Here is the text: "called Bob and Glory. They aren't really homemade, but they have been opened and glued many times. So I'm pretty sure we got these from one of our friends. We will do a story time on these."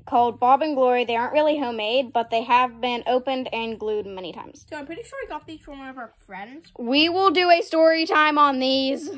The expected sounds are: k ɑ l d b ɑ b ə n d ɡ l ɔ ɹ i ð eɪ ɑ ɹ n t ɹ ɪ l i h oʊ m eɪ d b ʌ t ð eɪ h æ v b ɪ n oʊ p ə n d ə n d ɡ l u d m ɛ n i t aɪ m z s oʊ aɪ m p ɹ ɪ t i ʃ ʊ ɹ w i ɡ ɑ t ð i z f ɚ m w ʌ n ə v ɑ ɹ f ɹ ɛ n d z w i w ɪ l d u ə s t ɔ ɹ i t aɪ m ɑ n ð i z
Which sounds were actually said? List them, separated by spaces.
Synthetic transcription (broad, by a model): k ɑ l d b ɑ b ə n ɡ l ɔ ɹ i ð eɪ ɑ ɹ n t ɹ ɪ l i h oʊ m eɪ d b ʌ t ð eɪ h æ v b ɪ n oʊ p ə n d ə n ɡ l u d m ɛ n i t aɪ m z s oʊ aɪ m p ɹ ɪ t i ʃ ʊ ɹ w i ɡ ɑ t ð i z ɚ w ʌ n ə v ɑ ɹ f ɹ ɛ n d z w i w ɪ l d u ə s t ɔ ɹ i t aɪ m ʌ n ð i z